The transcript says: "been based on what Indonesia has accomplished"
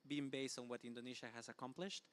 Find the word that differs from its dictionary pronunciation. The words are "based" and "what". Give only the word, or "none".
none